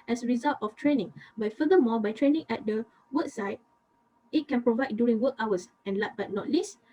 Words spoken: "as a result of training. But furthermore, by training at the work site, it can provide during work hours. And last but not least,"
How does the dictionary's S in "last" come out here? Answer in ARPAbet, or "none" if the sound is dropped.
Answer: none